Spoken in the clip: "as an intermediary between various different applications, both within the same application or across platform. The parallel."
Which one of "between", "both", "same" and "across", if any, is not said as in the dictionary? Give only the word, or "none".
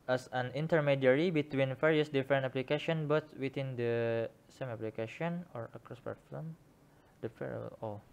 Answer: both